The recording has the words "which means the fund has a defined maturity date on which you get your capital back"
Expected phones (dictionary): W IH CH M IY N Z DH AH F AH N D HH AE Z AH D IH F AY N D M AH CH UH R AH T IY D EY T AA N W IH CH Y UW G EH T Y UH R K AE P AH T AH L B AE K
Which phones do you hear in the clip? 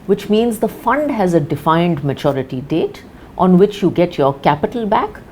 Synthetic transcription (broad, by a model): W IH CH M IY N Z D AH F AH N D HH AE Z AH D IH F AY N D M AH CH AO R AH T IY D EY T AA N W IH CH Y UW G EH T Y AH R K AE P AH T AH L B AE K